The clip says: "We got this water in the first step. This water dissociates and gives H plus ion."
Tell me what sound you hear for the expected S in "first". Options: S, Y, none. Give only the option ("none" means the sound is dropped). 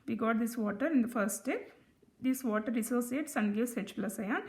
none